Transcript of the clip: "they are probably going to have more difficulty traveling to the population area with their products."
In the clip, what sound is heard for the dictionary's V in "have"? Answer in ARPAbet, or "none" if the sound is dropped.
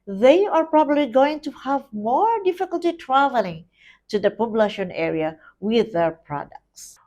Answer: V